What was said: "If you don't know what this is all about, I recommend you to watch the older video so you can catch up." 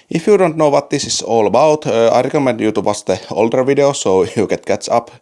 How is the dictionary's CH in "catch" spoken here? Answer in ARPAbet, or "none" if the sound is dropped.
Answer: S